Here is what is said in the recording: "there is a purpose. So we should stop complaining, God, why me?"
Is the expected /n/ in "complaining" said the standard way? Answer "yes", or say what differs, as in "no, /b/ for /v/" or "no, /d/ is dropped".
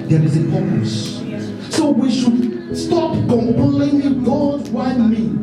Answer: no, /l/ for /n/